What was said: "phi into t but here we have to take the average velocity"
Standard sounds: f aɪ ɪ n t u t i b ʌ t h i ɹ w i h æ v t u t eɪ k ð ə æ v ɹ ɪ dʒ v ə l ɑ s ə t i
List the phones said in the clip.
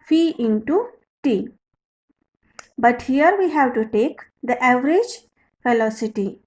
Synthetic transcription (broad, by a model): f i ɪ n t u t i b ʌ t h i ɹ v i h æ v t u t eɪ k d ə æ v ɹ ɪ dʒ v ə l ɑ s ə t i